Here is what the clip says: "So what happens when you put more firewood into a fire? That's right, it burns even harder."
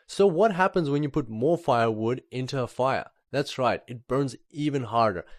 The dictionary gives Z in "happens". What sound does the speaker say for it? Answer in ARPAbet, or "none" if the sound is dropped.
Z